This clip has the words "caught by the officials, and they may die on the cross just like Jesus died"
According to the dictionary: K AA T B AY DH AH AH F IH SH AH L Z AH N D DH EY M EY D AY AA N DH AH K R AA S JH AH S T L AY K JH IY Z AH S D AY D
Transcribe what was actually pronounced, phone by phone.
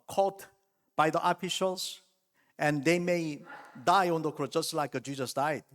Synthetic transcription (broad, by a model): K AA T B AY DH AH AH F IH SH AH L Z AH N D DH EY M EY D AY AA N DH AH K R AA JH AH S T L AY K JH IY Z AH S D AY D